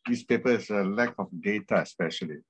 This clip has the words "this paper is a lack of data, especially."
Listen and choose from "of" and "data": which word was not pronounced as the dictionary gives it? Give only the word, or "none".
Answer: of